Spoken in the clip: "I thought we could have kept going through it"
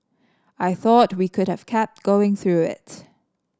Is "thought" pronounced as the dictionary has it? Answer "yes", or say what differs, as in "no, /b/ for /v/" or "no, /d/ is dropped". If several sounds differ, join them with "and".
yes